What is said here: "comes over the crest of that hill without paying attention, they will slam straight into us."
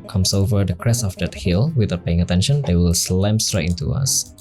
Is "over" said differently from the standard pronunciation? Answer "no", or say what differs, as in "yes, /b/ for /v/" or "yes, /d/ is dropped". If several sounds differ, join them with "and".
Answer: no